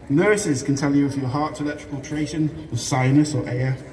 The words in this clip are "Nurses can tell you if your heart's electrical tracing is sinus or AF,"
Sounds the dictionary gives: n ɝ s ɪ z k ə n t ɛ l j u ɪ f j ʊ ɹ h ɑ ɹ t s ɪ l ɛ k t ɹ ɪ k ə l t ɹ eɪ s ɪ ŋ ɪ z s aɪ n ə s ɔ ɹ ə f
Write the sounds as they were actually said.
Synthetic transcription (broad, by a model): n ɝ s ɪ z k ə n t ɛ l j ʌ ɪ f j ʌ h ɑ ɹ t ɪ l ɛ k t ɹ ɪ k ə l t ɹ eɪ ʃ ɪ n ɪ s aɪ n ə s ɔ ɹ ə